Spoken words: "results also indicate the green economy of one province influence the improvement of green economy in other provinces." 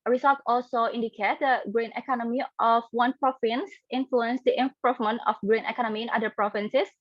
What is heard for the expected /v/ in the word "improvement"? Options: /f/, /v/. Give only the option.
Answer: /f/